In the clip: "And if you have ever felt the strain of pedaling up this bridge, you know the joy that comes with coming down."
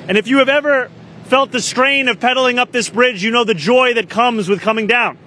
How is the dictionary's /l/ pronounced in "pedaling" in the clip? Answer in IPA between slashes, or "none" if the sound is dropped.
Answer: /l/